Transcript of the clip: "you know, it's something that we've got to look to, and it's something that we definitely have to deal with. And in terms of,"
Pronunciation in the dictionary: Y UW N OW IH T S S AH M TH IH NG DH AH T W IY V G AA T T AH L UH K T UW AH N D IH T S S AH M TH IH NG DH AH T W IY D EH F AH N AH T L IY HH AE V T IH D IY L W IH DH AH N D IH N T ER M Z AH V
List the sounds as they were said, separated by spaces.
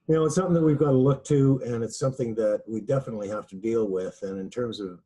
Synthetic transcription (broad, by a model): Y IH N OW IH T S S AH M TH IH NG DH AH T W IY V G AA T T AH L UH K T UW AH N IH T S S AH M TH IH NG DH AH T W IY D EH F AH N AH T L IY HH AE F T IH D IY L W IH DH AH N IH N T ER M Z AH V